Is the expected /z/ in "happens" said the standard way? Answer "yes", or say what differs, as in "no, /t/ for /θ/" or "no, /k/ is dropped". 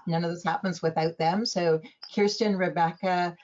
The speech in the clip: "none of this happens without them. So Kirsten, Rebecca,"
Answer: yes